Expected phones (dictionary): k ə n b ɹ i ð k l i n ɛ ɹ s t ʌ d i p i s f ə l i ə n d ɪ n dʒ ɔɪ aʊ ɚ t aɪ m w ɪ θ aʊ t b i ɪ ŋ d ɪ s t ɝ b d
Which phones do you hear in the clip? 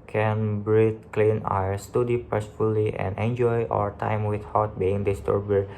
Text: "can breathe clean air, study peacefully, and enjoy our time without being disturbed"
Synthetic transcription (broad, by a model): k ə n b ɹ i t k l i n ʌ ɹ s t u d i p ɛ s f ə l i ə n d ɪ n dʒ ɔɪ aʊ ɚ t aɪ m w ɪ t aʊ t b i ɪ ŋ d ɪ s t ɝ b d